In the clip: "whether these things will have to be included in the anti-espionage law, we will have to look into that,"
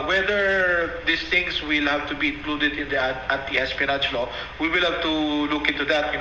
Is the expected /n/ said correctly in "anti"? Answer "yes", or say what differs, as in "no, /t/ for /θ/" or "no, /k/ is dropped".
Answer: no, /n/ is dropped